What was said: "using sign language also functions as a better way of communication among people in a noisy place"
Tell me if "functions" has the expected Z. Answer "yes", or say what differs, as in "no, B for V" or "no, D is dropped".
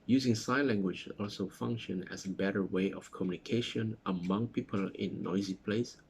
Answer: no, Z is dropped